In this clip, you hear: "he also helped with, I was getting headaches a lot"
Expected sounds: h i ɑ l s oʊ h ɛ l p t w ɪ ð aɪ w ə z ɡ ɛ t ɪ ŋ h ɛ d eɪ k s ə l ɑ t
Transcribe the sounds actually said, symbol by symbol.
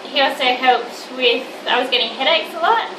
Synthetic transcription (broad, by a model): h i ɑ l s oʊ h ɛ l p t w ɪ ð aɪ w ə z ɡ ɛ t ɪ ŋ h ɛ d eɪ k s ə l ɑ t